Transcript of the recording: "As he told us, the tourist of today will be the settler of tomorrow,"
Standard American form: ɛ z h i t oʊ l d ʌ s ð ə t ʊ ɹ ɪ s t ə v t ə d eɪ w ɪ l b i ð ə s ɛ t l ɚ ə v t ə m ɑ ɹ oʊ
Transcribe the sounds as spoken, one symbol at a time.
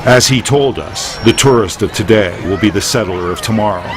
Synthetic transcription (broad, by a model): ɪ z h i t oʊ l d ʌ s ð ə t ʊ ɹ ɪ s t ə v t ə d eɪ w ɪ l b i ð ə s ɛ t l ɚ ə v t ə m ɑ ɹ oʊ